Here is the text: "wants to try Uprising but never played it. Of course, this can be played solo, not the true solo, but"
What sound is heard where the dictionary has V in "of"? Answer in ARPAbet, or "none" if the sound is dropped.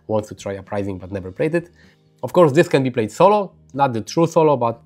F